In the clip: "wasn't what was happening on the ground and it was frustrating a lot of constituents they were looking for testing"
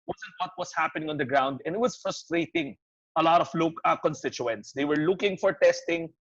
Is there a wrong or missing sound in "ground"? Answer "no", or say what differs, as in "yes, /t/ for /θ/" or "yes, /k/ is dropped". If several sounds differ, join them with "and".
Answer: no